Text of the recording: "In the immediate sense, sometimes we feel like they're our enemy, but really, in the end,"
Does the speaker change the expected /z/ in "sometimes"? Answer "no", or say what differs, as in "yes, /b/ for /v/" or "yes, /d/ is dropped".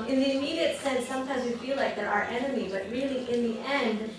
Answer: no